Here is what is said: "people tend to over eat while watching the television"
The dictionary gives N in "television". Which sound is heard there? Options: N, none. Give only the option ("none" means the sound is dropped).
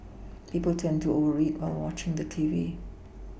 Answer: none